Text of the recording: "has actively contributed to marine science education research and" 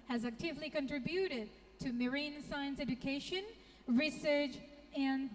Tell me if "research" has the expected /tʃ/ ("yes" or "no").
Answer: yes